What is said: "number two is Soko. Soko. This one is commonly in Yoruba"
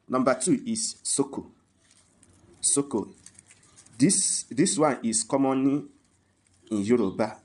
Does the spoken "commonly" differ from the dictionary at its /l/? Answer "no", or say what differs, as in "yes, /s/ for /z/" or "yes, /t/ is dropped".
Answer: yes, /l/ is dropped